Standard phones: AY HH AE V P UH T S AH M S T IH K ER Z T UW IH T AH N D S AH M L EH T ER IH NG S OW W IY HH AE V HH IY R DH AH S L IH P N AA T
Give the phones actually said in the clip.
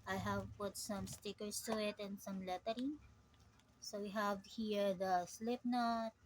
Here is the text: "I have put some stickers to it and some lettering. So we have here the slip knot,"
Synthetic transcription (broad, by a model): AY HH AE V P UH T S AH M S T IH K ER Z T UW IH T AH N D S AH M L EH T ER IH NG S OW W IY HH AE V HH IY R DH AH S L IH P N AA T